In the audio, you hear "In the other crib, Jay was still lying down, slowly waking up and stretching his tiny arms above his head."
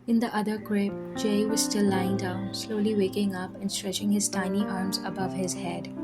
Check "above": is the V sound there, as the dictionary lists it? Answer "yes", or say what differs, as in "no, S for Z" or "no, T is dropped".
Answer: yes